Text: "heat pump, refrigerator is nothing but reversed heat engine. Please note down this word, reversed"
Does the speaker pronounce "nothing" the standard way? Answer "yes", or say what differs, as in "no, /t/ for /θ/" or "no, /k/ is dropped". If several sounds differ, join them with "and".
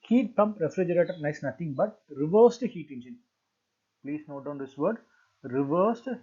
no, /t/ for /θ/